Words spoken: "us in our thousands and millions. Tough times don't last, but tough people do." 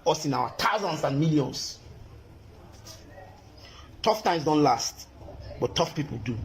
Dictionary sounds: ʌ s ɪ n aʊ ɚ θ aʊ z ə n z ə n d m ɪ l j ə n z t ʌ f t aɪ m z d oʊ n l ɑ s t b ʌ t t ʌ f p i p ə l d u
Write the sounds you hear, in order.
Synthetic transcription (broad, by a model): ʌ s ɪ n aʊ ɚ t aʊ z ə n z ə n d m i l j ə n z t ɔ f t aɪ m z d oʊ n l ɑ s t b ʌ t t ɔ f p i p ə l d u